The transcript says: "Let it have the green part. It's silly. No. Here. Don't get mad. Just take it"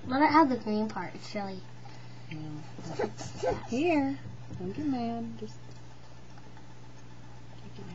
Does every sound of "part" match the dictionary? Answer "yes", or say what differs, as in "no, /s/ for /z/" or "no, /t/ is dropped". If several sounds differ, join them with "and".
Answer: yes